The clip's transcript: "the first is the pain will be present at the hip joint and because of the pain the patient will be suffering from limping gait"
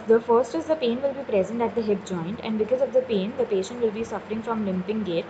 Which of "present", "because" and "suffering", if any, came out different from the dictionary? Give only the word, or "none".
none